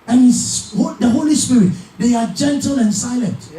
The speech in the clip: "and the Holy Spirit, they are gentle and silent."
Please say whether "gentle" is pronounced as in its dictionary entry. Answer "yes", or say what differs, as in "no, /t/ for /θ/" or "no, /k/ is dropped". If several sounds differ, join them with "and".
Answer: yes